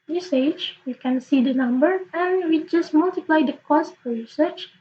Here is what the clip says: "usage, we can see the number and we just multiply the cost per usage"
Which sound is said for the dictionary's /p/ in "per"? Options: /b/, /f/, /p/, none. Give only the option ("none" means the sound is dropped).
/f/